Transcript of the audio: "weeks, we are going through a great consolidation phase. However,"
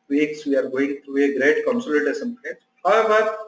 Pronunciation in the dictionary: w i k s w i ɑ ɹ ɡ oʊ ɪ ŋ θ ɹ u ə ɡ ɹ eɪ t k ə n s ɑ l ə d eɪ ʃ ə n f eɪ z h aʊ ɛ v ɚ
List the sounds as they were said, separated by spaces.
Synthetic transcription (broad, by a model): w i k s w i ɑ ɹ ɡ oʊ ɪ ŋ t ɹ u ə ɡ ɹ eɪ t k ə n s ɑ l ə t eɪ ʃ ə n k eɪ h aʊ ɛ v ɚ